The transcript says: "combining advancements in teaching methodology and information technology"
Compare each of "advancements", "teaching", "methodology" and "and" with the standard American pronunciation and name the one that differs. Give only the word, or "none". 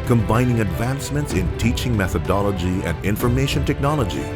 none